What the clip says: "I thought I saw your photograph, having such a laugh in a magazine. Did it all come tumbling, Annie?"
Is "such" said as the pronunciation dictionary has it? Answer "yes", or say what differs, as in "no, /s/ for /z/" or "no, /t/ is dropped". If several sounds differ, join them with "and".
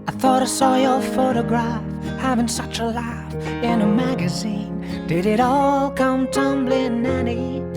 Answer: yes